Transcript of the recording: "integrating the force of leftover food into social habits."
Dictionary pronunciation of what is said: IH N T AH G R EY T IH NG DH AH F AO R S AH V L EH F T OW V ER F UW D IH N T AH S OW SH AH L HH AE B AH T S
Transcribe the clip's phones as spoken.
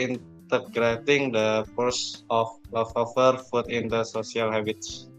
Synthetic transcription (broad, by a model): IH N T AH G R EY T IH NG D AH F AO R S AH F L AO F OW F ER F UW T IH N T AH S OW S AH L HH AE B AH T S